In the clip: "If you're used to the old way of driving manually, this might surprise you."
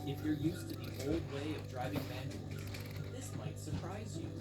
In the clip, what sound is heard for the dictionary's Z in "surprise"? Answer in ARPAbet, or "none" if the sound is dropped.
Z